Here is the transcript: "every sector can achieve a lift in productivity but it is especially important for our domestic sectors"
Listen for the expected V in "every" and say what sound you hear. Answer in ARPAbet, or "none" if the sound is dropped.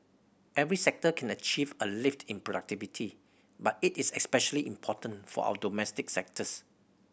V